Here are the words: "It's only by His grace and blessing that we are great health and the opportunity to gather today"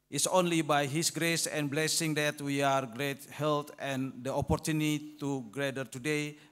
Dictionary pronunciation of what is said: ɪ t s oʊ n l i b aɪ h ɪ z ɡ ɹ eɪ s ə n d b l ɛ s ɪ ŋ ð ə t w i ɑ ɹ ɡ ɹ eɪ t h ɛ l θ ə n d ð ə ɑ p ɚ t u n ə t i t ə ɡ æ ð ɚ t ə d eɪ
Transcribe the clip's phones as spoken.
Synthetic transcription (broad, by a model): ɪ t s oʊ n l i b aɪ h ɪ s ɡ ɹ eɪ s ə n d b l ɛ s ɪ ŋ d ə t w i ɑ ɹ ɡ ɹ eɪ t h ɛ l t ə n d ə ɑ p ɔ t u n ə t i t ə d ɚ t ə d eɪ